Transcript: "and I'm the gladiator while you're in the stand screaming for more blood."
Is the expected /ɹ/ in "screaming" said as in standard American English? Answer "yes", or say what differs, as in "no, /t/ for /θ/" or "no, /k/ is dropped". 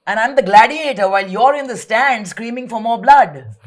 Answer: yes